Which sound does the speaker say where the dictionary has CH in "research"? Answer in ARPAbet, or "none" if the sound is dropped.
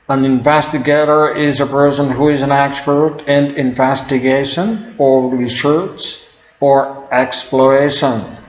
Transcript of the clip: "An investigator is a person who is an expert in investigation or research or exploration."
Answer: S